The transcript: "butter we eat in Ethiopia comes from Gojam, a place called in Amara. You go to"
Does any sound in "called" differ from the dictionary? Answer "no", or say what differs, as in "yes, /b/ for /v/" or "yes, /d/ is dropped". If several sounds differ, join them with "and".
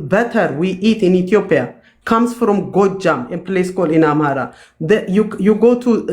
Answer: yes, /d/ is dropped